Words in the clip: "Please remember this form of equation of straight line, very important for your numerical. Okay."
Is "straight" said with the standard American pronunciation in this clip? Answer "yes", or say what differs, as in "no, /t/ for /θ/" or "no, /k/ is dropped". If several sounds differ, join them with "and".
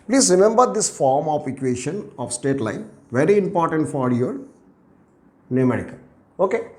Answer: no, /ɹ/ is dropped